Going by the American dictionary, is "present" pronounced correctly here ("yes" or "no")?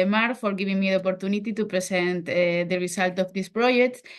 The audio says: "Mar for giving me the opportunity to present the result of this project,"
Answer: no